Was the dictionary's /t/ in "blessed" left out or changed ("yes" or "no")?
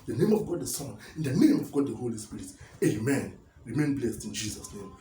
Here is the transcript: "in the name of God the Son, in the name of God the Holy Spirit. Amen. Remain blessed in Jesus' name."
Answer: no